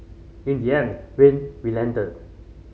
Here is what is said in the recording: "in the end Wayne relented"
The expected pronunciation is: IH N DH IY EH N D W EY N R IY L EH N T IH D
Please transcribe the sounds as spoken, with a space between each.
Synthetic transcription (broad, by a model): IH N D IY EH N W EY N W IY L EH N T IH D